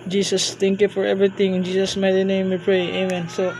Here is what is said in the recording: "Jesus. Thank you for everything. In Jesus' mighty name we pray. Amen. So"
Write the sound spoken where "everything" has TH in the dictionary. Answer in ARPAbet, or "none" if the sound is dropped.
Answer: T